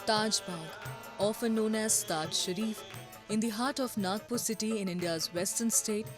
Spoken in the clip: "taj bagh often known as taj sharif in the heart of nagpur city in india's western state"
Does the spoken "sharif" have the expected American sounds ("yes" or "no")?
yes